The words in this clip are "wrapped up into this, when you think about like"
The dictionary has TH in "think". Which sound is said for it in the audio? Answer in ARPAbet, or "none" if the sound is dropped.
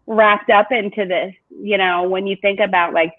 TH